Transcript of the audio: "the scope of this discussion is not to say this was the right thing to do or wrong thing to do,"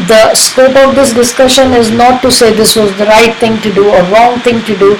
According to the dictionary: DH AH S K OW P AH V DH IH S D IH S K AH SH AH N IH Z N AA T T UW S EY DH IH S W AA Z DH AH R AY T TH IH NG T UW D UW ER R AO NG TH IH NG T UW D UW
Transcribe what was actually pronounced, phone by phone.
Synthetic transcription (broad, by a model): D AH S K OW P AH V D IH S D IH S K AH SH AH N IH Z N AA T T UW S EY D IH S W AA Z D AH R AY T T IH NG T UW D UW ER R AO NG T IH NG T UW D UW